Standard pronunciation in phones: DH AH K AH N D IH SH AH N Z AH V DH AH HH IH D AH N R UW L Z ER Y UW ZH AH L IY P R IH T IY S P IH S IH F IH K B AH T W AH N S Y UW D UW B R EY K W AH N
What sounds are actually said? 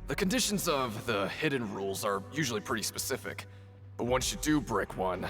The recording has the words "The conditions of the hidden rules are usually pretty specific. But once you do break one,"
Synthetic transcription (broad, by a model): DH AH K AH N D IH SH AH N Z AH V DH AH HH IH D N R UW L Z ER Y UW ZH L IY P R IH T IY S P IH S IH F IH K B AH T W AH N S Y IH D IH B R EY K W AH N